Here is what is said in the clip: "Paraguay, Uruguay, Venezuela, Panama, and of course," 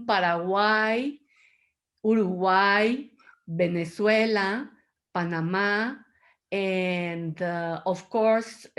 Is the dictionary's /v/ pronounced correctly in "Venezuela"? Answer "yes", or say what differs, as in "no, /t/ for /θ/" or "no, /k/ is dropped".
no, /b/ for /v/